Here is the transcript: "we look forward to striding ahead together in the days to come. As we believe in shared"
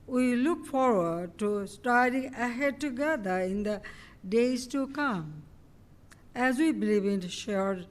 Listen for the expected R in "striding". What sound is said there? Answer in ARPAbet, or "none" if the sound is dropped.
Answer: none